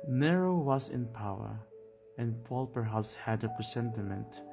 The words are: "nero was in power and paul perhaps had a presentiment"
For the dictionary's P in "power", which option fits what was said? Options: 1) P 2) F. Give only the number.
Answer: 1